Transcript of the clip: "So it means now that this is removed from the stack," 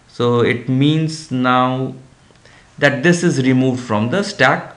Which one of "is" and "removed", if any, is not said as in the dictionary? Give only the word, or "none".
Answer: none